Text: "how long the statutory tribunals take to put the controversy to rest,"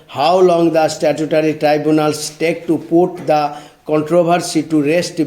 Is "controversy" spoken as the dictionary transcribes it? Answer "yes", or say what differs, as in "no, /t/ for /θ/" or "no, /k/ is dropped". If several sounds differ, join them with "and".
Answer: no, /b/ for /v/